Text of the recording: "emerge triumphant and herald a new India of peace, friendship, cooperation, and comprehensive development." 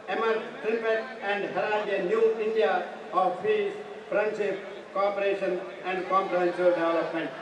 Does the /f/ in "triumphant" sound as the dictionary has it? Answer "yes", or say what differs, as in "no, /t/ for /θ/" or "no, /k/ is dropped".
no, /p/ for /f/